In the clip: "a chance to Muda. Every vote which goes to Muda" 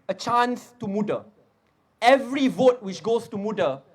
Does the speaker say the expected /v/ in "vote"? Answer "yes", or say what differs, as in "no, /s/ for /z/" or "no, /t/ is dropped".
yes